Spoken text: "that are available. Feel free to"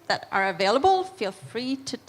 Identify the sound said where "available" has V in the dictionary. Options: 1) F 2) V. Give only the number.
2